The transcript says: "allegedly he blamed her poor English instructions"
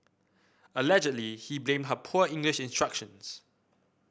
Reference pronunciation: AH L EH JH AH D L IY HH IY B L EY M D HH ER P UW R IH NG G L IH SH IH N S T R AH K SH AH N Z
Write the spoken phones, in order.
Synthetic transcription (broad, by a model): AH L EH JH AH D L IY HH IY B L EY M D HH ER P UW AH IH NG G L IH SH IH N S T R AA K SH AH N S